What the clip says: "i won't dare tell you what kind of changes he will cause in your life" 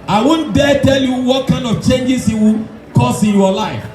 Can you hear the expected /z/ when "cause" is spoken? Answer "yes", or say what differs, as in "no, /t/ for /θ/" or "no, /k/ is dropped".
no, /s/ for /z/